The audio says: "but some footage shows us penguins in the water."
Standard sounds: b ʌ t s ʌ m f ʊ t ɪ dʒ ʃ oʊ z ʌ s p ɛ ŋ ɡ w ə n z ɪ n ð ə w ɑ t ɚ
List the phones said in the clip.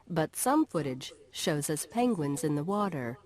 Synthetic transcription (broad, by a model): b ʌ t s ʌ m f ʊ t ɪ dʒ ʃ oʊ z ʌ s p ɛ ŋ ɡ w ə n z ɪ n ð ə w ɑ t ɚ